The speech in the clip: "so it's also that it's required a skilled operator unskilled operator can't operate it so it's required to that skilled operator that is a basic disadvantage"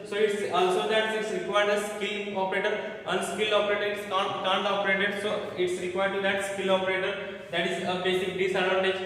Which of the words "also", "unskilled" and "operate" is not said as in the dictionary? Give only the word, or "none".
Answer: unskilled